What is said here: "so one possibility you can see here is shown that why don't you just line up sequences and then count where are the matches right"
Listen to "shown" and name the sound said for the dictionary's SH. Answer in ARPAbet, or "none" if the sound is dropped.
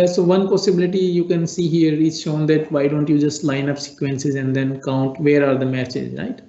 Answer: SH